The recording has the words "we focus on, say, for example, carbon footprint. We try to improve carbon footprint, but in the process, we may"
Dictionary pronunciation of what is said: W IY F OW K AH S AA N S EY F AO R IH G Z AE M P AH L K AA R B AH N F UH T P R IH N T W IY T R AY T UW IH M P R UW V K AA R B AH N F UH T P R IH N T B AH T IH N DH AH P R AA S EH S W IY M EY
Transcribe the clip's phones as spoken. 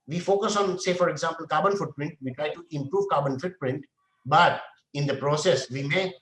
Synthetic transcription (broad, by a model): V IY F OW K AH S AA N S EY F AO R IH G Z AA M P AH L K AA R B AH N F UH T P R IH N T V IY T R AY T UW IH M P R UW V K AA R B AH N F UH T P R IH N T B AH T IH N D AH P R AA S EH S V IY M EY